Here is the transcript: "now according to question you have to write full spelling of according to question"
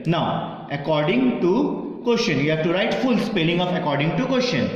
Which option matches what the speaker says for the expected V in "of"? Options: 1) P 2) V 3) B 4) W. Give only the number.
1